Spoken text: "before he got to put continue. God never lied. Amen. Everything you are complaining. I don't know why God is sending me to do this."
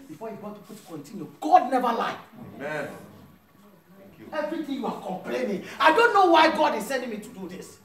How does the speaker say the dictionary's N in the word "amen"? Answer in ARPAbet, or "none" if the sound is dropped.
none